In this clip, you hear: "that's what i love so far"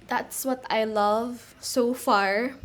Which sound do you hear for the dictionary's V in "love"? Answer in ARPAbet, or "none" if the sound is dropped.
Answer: V